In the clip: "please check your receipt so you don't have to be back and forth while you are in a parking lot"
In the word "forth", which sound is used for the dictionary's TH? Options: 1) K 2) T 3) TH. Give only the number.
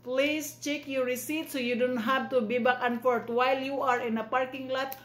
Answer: 2